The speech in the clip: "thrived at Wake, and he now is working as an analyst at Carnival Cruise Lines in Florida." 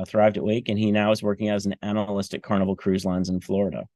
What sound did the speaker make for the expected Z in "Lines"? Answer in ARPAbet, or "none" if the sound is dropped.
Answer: Z